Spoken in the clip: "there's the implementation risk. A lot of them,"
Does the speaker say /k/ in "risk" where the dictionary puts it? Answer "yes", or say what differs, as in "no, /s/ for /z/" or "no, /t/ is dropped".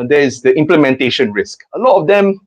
yes